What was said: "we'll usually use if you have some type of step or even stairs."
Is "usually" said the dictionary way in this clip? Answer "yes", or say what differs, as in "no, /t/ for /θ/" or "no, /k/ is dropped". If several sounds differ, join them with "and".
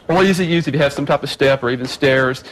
no, /z/ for /ʒ/